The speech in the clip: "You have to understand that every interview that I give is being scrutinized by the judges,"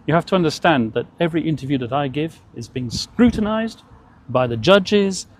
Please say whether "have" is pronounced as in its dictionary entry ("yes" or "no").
no